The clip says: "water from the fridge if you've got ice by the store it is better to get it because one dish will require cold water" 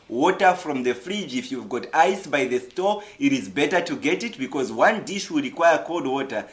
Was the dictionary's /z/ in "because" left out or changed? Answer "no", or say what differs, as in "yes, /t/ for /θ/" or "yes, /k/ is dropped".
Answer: no